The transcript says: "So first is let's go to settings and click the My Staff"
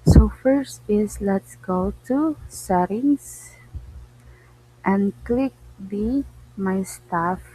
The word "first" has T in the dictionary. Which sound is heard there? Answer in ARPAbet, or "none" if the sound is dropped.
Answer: T